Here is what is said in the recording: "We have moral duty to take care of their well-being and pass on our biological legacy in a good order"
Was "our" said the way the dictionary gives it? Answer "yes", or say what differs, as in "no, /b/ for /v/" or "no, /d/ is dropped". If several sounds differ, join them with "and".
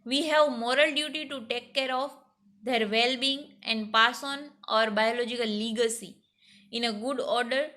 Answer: yes